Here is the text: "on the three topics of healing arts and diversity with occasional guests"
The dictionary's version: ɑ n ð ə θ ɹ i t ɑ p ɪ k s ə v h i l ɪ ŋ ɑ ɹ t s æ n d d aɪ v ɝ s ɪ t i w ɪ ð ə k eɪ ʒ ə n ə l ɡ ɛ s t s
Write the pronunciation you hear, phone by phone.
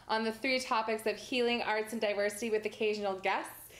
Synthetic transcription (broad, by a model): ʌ n ð ə θ ɹ i t ɑ p ɪ k s ə v h i l ɪ ŋ ɑ ɹ t s n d d aɪ v ɝ s ɪ t i w ɪ ð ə k eɪ ʒ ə n l ɡ ɛ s t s